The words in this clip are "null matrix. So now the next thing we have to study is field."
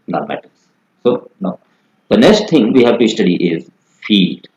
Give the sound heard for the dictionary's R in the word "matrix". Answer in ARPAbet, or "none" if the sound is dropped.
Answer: none